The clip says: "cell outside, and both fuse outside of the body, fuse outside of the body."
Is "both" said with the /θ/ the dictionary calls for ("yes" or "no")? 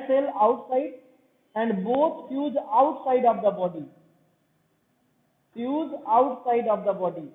no